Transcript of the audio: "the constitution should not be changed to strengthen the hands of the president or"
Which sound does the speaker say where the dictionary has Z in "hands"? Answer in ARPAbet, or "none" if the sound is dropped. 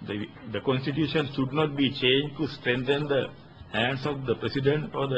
S